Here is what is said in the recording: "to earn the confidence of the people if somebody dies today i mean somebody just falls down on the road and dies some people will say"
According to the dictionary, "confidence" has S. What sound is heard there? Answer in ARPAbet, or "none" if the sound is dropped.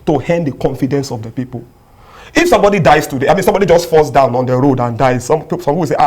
S